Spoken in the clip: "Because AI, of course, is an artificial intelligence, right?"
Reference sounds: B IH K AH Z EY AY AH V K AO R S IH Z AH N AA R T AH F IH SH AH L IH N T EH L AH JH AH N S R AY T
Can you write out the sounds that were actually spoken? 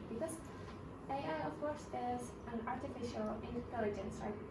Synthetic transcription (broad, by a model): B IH K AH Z EY AY AH V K AO R S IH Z AH N AA R T AH F IH SH AH L IH N T EH L AH JH AH N S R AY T